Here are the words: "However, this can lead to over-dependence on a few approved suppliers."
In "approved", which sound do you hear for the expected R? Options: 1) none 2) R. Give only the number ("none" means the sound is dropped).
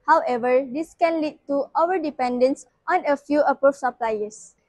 1